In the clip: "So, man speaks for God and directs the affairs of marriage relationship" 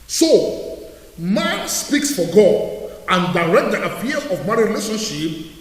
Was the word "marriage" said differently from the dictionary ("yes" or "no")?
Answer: yes